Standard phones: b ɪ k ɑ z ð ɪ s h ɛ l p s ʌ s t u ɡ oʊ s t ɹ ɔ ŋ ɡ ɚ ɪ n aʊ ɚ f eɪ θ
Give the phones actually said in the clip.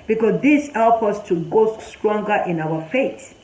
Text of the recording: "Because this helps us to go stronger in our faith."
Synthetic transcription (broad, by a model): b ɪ k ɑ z ð ɪ s h ɛ l p ʌ s t u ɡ oʊ s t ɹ ɔ ŋ ɡ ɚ ɪ n aʊ ɚ f eɪ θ